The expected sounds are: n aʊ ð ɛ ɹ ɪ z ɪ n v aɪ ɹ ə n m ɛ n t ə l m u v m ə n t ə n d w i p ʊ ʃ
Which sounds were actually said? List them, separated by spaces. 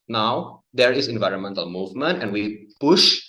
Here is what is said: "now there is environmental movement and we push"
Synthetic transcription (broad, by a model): n aʊ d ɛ ɹ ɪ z ɪ n v aɪ ɹ ə n m ɛ n t ə l m u v m ə n t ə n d w i p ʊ ʃ